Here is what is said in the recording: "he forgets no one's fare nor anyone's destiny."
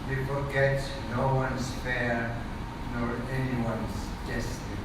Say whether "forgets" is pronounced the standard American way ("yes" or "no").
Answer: no